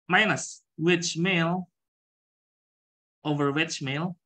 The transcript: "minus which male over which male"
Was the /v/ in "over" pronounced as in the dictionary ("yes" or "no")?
yes